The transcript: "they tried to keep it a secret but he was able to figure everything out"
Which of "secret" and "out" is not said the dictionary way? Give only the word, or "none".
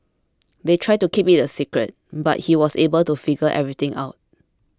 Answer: none